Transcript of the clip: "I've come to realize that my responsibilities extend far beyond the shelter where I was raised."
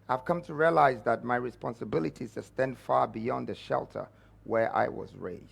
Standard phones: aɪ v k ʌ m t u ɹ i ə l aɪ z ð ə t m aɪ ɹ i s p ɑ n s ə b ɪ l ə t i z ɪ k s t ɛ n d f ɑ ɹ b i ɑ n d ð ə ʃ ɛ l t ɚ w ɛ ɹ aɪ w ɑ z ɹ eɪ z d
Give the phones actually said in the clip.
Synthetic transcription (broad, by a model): aɪ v k ʌ m t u ɹ i ə l aɪ z ð ə t m aɪ ɹ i s p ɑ n s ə b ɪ l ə t i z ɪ s t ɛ n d f ɑ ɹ b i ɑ n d ð ə ʃ ɛ l t ɚ w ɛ ɹ aɪ w ɑ z ɹ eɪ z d